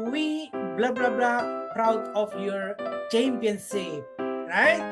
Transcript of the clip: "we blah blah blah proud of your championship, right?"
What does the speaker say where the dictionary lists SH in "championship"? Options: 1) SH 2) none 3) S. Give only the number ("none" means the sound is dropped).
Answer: 3